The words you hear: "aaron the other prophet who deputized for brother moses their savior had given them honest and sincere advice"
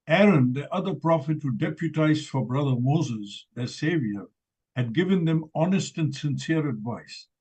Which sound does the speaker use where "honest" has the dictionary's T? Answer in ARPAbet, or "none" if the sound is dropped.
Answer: T